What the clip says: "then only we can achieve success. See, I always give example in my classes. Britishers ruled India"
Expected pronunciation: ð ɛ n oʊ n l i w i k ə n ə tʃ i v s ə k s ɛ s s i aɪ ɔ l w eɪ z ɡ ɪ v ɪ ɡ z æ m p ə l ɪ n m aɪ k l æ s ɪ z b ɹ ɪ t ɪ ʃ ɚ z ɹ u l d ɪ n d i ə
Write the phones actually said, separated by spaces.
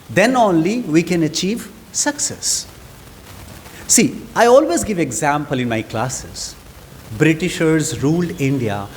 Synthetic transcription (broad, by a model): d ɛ n oʊ n l i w i k ə n ə tʃ i v s ə k s ɛ s s i aɪ ɔ l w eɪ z ɡ ɪ v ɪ ɡ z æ m p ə l ɪ n m aɪ k l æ s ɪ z b ɹ ɪ t ɪ ʃ ɚ z ɹ u l d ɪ n d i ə